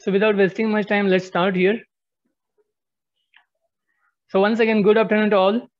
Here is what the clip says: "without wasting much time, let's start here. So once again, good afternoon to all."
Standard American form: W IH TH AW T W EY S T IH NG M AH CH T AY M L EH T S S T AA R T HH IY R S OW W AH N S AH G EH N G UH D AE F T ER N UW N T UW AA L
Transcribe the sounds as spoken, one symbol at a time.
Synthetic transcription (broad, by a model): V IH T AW T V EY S T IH NG M AH CH T AY M L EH T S S T AA R T HH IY R S OW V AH N S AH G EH N G UH D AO P T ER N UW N T UW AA L